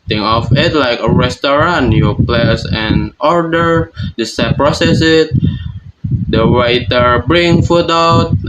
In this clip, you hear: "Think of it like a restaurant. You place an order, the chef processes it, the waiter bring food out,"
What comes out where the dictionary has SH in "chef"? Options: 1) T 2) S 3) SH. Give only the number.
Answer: 2